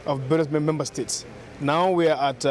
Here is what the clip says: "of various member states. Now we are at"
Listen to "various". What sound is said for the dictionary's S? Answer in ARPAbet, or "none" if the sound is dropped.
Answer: none